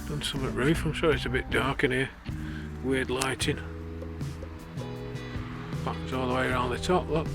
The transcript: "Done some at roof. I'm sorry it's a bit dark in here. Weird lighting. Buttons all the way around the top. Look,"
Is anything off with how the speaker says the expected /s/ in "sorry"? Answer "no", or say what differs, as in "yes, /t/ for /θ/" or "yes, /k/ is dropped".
yes, /ʃ/ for /s/